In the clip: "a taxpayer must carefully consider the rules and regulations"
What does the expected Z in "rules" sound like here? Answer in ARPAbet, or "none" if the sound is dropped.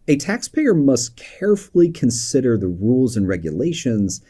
Z